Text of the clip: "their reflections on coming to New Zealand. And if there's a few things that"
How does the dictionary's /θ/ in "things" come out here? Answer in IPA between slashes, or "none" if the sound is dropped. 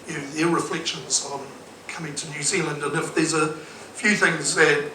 /θ/